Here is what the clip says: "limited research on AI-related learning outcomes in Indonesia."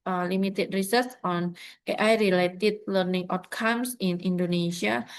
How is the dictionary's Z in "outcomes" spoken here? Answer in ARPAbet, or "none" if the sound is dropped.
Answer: S